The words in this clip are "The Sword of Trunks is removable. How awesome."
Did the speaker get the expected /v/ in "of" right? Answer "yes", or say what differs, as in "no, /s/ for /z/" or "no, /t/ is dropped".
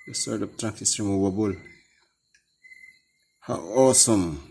no, /p/ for /v/